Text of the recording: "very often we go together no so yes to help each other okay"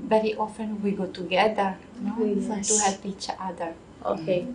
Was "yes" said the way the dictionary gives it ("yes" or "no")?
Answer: no